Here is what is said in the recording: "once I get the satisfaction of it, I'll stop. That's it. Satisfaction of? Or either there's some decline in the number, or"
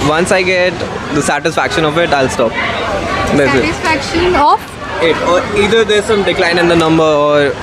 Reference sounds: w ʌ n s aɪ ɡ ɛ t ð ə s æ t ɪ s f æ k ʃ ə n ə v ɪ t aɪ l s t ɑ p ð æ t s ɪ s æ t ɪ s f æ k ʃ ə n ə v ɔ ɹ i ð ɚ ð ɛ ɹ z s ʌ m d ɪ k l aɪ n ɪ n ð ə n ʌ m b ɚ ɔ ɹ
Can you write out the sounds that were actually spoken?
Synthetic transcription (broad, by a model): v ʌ n s aɪ ɡ ɛ t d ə s æ t ɪ s f æ k ʃ ə n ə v ɪ t aɪ l s t ɑ p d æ s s ɪ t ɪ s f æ k ʃ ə n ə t ɔ ɹ i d ɚ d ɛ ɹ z s ʌ m d ɪ k l aɪ n ɪ n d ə n ʌ m b ɚ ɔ ɹ